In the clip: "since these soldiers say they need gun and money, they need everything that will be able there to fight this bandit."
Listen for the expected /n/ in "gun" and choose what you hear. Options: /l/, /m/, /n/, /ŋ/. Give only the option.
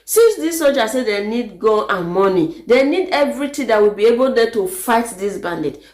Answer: /l/